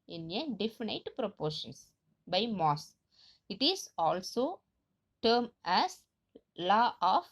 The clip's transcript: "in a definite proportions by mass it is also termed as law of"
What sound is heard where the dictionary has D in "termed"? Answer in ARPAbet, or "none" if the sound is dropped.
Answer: none